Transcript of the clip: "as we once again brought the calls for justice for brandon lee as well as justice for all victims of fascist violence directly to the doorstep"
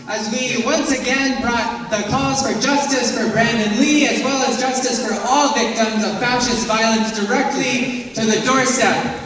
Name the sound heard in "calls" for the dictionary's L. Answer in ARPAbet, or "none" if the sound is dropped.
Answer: none